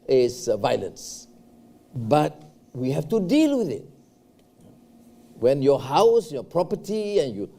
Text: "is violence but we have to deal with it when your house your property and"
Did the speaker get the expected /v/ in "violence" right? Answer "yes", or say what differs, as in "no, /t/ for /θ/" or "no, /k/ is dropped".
yes